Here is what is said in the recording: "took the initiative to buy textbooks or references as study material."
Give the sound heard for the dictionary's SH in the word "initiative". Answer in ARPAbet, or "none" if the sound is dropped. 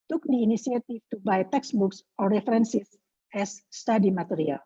S